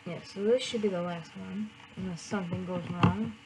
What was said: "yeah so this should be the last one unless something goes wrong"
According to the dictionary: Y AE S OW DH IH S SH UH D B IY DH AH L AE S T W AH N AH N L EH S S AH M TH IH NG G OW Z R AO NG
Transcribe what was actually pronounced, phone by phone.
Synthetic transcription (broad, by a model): Y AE S OW DH IH S SH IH D B IY DH AH L AE S T W AH N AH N EH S S AH M TH IH NG G OW Z R AO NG